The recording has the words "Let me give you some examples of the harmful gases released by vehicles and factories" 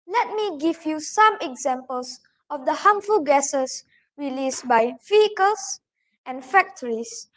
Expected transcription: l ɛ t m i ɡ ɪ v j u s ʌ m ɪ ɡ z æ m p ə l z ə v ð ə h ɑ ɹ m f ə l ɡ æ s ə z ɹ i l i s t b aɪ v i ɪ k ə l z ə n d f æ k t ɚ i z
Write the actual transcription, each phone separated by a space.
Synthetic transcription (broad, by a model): l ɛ t m i ɡ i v j u s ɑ m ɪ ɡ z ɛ m p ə l s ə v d ə h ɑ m f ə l ɡ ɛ s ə s ɹ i l i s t b aɪ f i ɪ k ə l s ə n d f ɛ k t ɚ i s